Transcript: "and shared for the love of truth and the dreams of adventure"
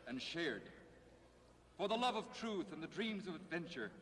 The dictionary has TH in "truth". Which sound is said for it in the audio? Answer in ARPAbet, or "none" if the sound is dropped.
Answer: TH